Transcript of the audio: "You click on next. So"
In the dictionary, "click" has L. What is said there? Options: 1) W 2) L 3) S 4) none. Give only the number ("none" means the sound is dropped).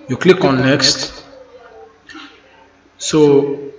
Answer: 2